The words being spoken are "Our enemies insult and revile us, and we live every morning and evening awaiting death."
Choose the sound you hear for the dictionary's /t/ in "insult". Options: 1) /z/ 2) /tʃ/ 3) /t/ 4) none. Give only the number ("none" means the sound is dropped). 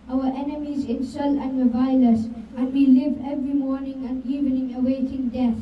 4